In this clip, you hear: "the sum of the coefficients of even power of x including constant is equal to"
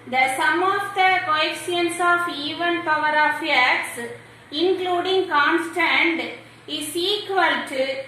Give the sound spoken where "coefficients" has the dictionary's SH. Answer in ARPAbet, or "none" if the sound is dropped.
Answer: none